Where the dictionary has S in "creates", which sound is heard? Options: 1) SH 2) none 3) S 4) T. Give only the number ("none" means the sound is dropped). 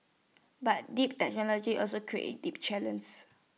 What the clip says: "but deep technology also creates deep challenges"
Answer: 2